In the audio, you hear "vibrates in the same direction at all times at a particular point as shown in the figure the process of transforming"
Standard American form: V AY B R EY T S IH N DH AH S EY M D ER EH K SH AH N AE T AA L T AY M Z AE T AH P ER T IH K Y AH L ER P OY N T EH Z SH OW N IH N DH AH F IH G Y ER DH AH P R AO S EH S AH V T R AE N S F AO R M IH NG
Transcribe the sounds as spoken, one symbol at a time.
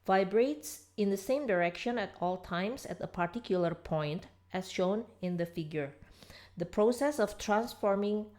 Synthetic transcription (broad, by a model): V AY B R EY T S IH N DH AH S EY M D ER EH K SH AH N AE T AA L T AY M S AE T AH P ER T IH K Y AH L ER P OY N T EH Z SH OW N IH N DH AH F IH G Y ER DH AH P R AO S EH S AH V T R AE N S F AO R M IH NG